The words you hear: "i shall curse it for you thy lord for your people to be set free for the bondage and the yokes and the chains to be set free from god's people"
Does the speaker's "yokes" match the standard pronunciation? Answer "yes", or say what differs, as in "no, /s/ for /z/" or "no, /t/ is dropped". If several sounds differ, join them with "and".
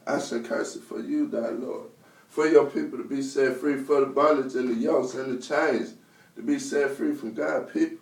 no, /k/ is dropped